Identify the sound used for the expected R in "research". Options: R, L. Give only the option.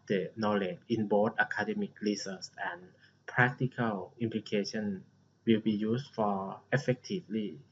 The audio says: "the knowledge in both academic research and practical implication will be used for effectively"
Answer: L